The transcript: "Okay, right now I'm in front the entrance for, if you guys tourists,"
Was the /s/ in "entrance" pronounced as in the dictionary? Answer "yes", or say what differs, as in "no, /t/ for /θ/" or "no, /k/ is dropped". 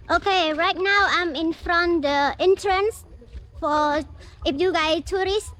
yes